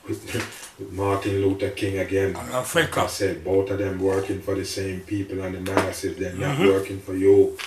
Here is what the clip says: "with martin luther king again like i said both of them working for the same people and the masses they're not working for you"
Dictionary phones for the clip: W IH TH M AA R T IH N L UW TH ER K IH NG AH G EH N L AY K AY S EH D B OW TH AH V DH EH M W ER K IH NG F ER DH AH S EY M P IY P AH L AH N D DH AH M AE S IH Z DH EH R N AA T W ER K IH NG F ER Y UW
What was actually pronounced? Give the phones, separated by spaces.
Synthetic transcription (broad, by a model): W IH M AA R T IH N L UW T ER K IH NG AH G EH N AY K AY S EH D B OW T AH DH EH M W ER K IH NG F ER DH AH S EY M P IY P AH L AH N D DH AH M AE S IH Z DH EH N AA T W ER K IH NG F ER Y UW